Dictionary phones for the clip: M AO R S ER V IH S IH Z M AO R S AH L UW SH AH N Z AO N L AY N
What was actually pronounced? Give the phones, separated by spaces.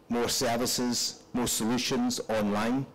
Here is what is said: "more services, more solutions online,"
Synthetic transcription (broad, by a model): M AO R S ER V IH S IH Z M AO R S AH L UW SH AH N Z AO N L AY N